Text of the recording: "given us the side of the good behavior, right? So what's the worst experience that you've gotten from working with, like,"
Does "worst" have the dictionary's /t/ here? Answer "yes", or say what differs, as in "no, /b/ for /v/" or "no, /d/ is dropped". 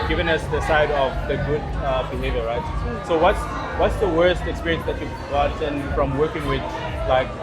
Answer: yes